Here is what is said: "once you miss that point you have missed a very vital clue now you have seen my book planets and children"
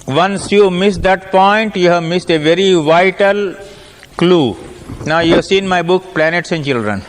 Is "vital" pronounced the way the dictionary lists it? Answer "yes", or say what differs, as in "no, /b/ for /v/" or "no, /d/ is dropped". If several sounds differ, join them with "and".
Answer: yes